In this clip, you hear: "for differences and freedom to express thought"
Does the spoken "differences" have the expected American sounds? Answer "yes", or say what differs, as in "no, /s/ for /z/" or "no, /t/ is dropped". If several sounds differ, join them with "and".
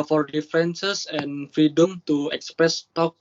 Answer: no, /ɹ/ is dropped and /s/ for /z/